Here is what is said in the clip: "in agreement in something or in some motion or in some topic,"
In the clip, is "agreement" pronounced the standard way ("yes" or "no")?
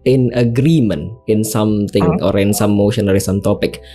no